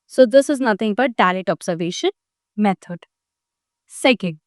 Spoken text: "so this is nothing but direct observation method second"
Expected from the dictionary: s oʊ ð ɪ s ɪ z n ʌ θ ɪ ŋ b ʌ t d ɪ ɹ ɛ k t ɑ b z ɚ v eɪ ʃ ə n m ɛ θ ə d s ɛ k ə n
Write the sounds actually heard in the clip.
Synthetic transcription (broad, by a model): s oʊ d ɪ s ɪ z n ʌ t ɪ ŋ b ʌ t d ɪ l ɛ t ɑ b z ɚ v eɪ ʃ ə n m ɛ t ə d s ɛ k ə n